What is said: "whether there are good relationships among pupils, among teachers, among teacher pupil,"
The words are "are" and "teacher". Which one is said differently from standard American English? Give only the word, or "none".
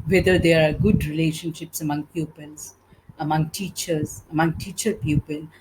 none